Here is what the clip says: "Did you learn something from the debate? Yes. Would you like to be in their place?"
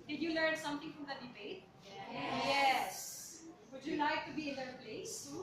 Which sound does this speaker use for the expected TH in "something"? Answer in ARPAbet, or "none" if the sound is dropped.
T